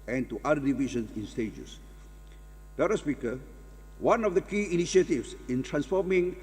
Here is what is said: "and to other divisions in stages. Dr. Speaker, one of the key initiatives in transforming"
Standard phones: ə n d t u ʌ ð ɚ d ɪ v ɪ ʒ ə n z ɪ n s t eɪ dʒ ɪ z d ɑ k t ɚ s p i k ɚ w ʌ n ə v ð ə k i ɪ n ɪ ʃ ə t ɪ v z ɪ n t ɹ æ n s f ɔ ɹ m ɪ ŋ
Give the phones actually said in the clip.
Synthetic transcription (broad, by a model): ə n t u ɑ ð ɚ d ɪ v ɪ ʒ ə n s ɪ n s t eɪ dʒ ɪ s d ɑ t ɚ s p i k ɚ w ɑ n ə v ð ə k i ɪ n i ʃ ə t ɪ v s ɪ n t ɹ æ n s f ɔ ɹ m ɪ ŋ